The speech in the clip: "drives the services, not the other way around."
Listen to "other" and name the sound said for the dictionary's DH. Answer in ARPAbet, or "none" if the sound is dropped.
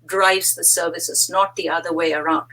DH